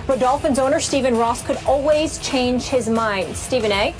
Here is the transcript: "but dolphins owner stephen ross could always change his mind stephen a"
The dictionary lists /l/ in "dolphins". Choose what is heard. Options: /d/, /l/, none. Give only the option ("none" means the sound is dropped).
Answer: /l/